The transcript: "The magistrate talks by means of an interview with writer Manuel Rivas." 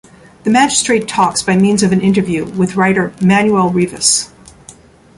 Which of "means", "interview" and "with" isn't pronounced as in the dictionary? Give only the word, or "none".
none